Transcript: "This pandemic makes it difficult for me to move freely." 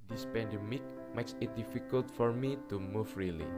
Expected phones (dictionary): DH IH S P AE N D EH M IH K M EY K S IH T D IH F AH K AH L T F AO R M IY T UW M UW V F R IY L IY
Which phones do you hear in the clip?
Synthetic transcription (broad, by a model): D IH S P AE N D EH M IH K M EY K S IH T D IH F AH K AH L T F AO R M IY T UW M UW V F R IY L IY